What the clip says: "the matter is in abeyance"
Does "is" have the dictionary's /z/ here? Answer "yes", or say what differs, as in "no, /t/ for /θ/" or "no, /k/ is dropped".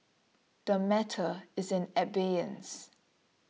yes